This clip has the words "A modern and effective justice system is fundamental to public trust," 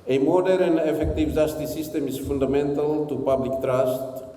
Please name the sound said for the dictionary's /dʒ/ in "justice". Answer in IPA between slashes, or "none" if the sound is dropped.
/z/